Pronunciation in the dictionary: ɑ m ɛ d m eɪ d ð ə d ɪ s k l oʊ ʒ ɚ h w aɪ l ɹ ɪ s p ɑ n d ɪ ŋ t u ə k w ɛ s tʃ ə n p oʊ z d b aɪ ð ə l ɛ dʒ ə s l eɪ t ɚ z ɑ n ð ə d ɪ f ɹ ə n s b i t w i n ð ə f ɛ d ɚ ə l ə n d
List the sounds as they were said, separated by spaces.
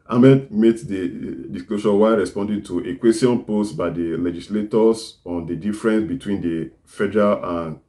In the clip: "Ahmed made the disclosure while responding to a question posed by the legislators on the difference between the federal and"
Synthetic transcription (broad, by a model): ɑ m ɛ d m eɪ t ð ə d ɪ s k l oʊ ʃ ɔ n w aɪ ɹ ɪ s p ɑ n d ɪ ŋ t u ə k w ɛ s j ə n p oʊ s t b aɪ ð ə l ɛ dʒ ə s l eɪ t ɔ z ɑ n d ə d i f ɹ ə n s b i t w i n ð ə f ɛ d ɚ ə l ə n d